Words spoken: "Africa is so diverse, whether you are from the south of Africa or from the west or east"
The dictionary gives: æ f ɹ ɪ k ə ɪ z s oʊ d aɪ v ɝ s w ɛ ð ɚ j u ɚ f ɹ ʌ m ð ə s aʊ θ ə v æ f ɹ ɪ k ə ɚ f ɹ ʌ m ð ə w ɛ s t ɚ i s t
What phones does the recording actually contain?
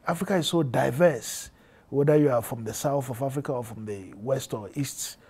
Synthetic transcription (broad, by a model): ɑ f ɹ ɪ k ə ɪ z s oʊ d aɪ v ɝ s w ɛ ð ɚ j u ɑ f ɹ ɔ m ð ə s aʊ θ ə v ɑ f ɹ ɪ k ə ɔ f ɹ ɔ m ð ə w ɛ s t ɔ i s t